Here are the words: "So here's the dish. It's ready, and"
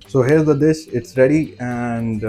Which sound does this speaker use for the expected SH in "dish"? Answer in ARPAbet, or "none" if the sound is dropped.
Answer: S